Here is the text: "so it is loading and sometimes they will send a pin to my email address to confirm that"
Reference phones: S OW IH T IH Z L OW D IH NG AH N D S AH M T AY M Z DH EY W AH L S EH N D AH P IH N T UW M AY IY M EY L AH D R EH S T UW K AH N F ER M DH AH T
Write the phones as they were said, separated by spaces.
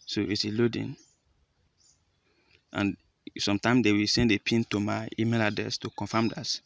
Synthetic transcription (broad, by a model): S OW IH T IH L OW D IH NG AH N S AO M T AY M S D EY W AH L S EH N D AH P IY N T UW M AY IY M EY L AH D EH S T UW K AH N F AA M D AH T